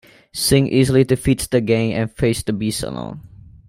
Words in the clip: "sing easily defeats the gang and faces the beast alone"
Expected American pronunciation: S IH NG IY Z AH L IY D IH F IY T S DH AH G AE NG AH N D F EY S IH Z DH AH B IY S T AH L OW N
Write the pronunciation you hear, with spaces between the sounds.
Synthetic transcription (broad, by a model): S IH NG IY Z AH L IY D IH F IY T S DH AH G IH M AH N F EY IH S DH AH B IY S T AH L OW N